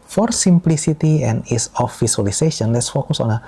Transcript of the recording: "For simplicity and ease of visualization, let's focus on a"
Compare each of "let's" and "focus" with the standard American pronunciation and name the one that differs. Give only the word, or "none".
none